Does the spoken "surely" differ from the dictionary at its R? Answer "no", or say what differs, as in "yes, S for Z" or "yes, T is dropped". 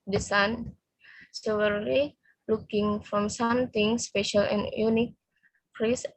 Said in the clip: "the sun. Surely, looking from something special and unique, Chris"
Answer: yes, W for R